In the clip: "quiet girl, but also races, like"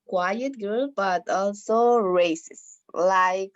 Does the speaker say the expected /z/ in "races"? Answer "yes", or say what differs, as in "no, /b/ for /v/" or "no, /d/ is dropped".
no, /s/ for /z/